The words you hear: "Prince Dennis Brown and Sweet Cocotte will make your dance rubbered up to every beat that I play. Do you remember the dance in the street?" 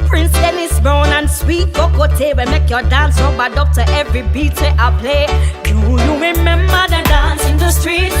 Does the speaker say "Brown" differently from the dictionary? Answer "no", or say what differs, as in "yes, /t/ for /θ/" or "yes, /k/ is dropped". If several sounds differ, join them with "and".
yes, /ɹ/ is dropped